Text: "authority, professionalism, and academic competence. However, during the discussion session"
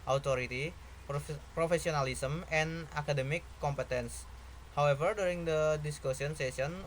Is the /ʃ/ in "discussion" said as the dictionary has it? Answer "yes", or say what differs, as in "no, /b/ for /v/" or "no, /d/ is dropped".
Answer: no, /s/ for /ʃ/